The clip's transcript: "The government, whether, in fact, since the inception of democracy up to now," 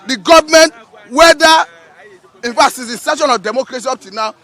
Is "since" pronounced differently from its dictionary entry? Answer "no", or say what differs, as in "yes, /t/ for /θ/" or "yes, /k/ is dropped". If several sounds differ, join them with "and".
yes, /n/ is dropped